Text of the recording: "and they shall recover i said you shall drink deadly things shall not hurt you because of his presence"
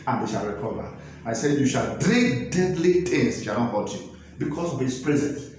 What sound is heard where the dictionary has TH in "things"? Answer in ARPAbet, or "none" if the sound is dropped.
T